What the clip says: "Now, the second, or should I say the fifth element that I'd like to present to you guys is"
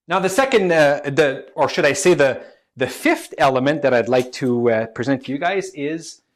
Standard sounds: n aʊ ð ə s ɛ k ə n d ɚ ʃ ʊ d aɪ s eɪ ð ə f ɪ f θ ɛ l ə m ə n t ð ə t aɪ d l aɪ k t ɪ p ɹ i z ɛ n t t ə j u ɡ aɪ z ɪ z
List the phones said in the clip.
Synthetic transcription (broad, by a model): n aʊ ð ə s ɛ k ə n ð ɚ ʃ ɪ d aɪ s eɪ ð ə f ɪ f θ ɛ l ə m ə n ð ə t aɪ d l aɪ k t ɪ p ɹ i z ɛ n t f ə j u ɡ aɪ z ɪ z